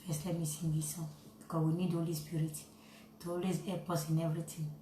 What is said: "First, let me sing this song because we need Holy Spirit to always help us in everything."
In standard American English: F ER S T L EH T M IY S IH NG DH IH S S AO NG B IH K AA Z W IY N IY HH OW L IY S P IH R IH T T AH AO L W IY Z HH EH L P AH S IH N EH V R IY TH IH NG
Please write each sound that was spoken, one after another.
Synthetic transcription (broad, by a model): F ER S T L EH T M IY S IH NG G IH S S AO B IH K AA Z W IY N IY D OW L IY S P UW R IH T T AH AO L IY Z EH P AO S IH N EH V R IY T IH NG